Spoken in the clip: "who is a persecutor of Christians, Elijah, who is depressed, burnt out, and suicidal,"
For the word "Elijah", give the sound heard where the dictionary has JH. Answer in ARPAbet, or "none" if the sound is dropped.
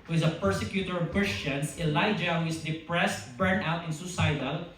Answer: JH